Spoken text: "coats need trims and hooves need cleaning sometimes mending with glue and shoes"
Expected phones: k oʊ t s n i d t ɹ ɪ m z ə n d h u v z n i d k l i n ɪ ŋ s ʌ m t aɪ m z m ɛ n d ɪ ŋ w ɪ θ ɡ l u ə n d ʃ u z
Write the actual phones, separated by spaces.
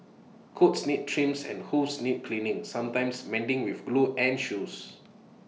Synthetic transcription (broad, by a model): k oʊ t s n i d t ɹ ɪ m s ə n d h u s n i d k l i n ɪ ŋ s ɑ m t aɪ m s m ɛ n d ɪ ŋ w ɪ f ɡ l u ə n ʃ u s